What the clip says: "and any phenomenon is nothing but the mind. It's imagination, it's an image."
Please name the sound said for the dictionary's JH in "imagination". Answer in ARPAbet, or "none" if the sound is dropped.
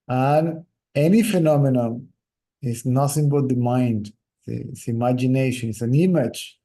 JH